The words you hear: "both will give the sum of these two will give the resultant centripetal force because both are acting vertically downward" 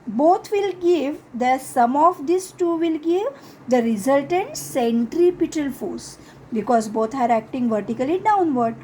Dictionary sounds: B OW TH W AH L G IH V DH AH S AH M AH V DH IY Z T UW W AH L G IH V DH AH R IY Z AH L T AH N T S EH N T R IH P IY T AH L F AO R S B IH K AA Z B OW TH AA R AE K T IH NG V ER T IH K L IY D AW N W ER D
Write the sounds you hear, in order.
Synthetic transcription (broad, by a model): B OW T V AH L G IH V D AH S AH M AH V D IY S T UW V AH L G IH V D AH R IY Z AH L T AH N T S EH N T R IH P IY T AH L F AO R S B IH K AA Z B OW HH AA R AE K T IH NG V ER T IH K L IY D AW N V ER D